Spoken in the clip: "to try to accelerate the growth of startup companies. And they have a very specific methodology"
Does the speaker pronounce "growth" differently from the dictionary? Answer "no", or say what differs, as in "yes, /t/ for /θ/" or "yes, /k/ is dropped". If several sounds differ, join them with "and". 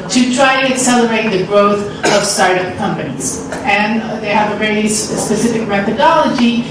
no